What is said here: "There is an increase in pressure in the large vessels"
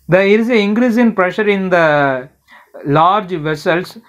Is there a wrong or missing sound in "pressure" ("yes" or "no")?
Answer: no